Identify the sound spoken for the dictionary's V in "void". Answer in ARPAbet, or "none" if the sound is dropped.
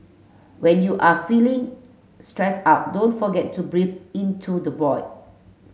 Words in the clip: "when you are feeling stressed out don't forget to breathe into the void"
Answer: B